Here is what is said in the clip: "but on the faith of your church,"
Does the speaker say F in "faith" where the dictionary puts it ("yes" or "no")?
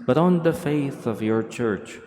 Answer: yes